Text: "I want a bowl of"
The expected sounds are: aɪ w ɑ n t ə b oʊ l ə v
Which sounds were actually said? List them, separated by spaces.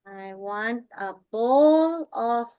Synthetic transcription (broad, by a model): aɪ w ɑ n t ə b oʊ l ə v